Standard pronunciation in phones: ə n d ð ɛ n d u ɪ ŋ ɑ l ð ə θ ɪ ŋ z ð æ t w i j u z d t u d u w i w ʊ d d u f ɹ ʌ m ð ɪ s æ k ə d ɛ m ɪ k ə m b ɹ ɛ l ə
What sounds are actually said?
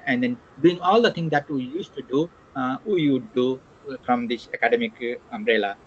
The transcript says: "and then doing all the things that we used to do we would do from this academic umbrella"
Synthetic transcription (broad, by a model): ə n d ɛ n d u ɪ ŋ ɑ l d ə t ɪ ŋ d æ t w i j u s t u d u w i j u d d u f ɹ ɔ m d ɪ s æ k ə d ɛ m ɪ k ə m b ɹ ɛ l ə